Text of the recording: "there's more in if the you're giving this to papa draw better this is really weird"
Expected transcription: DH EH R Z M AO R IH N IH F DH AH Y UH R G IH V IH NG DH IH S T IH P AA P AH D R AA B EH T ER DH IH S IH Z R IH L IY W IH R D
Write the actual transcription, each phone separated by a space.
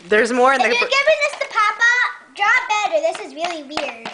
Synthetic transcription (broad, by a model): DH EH R Z M AO R IH N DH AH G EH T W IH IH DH DH IH S T IH P AA P AH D R AA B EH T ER DH IH S IH Z R IH L IY W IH R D